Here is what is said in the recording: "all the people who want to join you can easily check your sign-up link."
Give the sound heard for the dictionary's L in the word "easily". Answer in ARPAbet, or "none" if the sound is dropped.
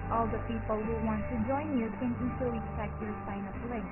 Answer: none